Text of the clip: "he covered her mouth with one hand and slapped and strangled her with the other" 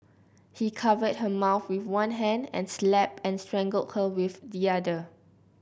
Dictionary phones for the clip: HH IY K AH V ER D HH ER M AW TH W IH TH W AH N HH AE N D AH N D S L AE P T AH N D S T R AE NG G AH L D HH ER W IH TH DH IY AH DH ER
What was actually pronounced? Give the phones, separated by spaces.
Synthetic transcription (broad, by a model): HH IY K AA V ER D HH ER M AW TH W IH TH W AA N HH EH N D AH N S L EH P AH N S T R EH NG G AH L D HH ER W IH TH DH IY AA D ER